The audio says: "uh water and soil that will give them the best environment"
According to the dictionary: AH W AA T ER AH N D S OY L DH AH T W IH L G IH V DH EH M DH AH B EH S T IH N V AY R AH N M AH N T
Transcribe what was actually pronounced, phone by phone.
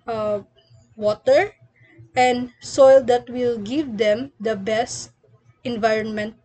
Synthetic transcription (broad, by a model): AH W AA T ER AH N D S OY L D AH T W IH L G IH V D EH M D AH B EH S T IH N V AY R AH N M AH N T